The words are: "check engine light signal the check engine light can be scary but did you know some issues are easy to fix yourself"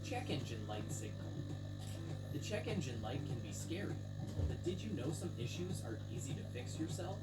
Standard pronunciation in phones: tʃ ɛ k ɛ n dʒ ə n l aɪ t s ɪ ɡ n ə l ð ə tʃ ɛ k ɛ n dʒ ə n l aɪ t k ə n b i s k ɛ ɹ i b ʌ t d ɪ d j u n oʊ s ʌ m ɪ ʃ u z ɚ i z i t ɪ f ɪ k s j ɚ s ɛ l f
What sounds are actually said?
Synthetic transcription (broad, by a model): tʃ ɛ k ɛ n dʒ ə n l aɪ t s ɪ ɡ n ə l ð ə tʃ ɛ k ɛ n dʒ ə n l aɪ t k ə n b i s k ɛ ɹ i b ʌ t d ɪ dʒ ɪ n oʊ s ʌ m ɪ ʃ u z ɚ i z i t ɪ f ɪ k s j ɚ s ɛ l f